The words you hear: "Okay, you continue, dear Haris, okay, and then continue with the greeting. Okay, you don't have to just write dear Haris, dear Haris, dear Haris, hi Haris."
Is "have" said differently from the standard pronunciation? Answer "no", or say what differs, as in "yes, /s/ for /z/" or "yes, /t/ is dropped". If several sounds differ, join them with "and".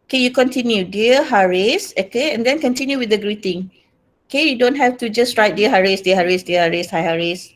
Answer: yes, /f/ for /v/